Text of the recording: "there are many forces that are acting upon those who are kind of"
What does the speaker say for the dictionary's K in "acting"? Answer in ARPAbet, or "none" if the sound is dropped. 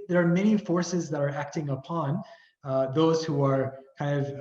K